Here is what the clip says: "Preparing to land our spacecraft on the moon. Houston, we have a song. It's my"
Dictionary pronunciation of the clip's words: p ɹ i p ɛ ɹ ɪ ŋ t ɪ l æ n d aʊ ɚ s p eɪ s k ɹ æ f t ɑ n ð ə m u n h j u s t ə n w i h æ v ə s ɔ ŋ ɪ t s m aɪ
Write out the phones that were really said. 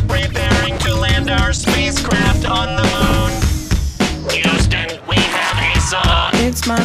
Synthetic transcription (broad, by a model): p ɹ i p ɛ ɹ ɪ ŋ t ɪ l æ n d aʊ ɚ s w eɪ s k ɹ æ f t n ð ə m u n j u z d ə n w i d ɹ ə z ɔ ɪ t s m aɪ